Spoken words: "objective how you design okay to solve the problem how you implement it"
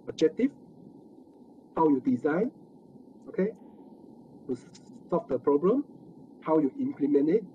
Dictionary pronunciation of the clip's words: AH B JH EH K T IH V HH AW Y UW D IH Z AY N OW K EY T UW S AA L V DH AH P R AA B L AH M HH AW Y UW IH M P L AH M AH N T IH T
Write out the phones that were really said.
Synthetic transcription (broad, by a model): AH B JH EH K T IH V HH AW Y UW D IH Z AY N OW K EY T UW S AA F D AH P R AA B L AH M HH AW Y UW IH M P L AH M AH N IH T